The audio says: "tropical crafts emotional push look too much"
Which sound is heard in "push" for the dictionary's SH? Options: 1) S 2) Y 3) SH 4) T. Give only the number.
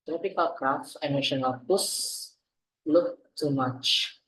1